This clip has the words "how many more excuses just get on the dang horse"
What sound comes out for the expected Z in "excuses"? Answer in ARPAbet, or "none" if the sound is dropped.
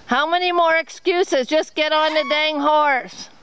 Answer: Z